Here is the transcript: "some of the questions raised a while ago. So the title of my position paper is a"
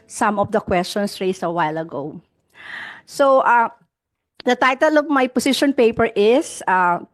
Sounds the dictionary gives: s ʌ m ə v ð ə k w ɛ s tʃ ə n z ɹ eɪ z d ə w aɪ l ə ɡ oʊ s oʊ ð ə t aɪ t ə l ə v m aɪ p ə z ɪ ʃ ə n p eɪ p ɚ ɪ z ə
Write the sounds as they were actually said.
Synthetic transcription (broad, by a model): s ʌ m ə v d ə k w ɛ s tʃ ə n s ɹ eɪ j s ə w aɪ l ə ɡ oʊ s oʊ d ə t aɪ t ə l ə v m aɪ p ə s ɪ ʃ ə n p eɪ p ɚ ɪ s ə